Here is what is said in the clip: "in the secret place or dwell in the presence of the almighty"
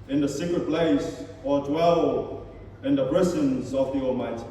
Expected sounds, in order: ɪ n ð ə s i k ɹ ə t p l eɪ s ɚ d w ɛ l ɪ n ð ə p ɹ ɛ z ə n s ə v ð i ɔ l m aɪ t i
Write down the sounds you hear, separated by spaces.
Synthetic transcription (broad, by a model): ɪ n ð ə s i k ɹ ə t p l eɪ s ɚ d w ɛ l ɪ n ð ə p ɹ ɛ s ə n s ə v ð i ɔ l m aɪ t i